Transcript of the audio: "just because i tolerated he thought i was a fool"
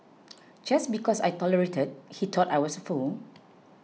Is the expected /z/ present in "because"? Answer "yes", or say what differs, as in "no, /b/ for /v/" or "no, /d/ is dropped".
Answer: no, /s/ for /z/